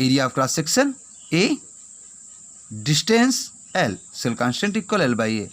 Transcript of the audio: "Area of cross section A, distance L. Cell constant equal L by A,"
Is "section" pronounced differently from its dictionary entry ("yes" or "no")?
yes